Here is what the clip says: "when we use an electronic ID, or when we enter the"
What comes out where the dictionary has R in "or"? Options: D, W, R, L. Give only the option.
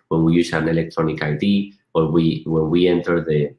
W